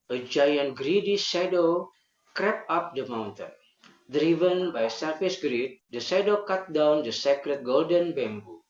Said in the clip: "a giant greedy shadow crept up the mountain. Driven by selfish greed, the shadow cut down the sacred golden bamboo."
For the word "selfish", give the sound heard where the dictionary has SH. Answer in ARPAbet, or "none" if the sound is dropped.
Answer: S